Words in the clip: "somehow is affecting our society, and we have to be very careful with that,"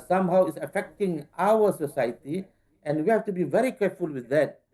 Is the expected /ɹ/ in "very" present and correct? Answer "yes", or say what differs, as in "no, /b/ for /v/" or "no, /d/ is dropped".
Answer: yes